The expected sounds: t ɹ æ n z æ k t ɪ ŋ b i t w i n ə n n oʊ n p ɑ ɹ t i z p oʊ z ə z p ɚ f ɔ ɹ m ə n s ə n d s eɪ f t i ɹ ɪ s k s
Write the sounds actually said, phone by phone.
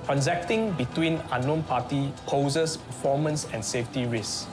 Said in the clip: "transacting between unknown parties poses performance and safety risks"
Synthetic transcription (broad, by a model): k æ n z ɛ k t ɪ ŋ b i t w i n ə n n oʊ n p ɑ t i p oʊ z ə s p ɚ f ɔ m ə n s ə n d s eɪ f t i ɹ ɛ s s